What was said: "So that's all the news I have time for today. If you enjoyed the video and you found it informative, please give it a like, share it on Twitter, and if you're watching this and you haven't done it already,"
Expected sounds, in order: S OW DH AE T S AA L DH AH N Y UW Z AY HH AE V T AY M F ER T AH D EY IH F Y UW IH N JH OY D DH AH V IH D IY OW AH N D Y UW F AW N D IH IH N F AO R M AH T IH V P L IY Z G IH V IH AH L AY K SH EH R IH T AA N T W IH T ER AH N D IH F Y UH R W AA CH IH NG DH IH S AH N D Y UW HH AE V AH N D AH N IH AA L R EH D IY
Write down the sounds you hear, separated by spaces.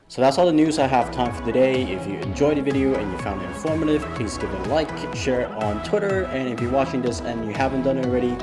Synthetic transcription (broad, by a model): S OW DH AE T S AA L DH AH N Y UW Z AY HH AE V T AY M F ER T AH D EY IH F Y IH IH N JH OY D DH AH V IH D IY OW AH N Y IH F AW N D IH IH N F AO R M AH T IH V P L IY Z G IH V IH AH L AY K SH EH R IH T N T W IH T ER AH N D IH F Y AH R W AA CH IH NG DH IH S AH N Y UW HH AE V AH N D AH N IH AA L R EH D IY